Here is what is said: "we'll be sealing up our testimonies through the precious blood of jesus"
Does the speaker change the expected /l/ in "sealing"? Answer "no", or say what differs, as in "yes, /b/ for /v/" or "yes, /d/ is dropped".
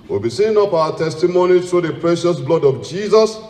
yes, /n/ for /l/